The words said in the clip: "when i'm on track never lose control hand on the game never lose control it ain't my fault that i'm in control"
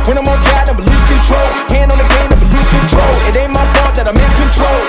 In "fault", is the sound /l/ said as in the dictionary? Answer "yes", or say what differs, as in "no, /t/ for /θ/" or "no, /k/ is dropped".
no, /l/ is dropped